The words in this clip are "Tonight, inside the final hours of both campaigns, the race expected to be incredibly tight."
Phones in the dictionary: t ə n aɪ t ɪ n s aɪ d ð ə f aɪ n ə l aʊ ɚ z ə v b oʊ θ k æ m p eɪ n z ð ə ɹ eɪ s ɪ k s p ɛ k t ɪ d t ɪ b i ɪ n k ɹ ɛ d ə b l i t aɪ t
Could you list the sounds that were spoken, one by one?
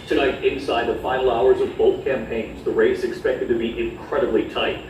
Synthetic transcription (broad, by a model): t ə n aɪ t ɪ n s aɪ d ð ə f aɪ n l aʊ ɚ z ə v b oʊ θ k æ m p eɪ n z ð ə ɹ eɪ s ɪ k s p ɛ k t ɪ d t ɪ b i ɪ n k ɹ ɛ d ə b l i t aɪ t